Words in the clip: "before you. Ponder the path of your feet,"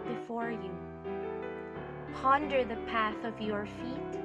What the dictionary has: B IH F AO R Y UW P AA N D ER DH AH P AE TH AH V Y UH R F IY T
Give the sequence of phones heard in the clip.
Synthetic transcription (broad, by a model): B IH F AO R Y UW P AA N D ER DH AH P AE TH AH V Y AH R F IY T